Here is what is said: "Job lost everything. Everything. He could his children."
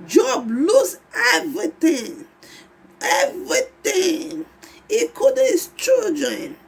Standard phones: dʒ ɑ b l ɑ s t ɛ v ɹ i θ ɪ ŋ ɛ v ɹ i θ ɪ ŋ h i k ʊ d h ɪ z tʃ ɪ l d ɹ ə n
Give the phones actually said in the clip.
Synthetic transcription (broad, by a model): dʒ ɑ b l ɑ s ɛ v ɹ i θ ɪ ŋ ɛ v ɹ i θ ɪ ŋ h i k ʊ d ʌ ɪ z tʃ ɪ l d ɹ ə n